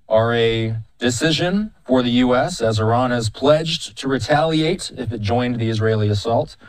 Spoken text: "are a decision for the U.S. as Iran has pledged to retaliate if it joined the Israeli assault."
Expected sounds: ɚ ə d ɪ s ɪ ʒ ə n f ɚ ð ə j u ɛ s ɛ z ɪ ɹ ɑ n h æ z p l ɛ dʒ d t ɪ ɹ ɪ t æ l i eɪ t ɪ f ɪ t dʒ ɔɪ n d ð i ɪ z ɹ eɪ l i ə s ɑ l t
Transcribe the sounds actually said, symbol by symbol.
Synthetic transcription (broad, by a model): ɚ ə d ɪ s ɪ ʒ ə n f ɚ ð ə j u ɛ s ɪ z ɪ ɹ ɑ n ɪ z p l ɛ dʒ t ɪ ɹ ɪ t æ l i eɪ t ɪ f ɪ t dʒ ɔɪ n ð i ɪ z ɹ eɪ l i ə s ɑ l t